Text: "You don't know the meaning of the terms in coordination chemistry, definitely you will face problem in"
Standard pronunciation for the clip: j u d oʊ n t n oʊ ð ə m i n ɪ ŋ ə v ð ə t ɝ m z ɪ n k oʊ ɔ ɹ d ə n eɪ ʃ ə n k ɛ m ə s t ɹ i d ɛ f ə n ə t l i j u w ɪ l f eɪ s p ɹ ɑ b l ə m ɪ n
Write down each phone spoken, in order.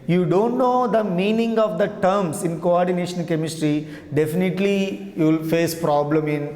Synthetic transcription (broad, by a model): j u d oʊ n t n oʊ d ə m i n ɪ ŋ ə v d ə t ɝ m s ɪ n k oʊ ɔ ɹ d ə n eɪ ʃ ə n k ɛ m ə s t ɹ i d ɛ f ə n ə t l i j u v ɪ l f eɪ s p ɹ ɑ b l ə m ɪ n